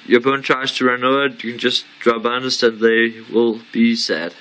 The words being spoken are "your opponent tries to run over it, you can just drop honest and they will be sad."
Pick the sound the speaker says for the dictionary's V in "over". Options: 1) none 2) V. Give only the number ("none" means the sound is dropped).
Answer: 1